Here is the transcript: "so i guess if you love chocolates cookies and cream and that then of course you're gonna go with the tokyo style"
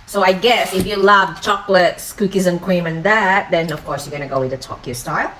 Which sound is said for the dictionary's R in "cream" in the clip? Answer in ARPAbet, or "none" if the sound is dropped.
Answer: W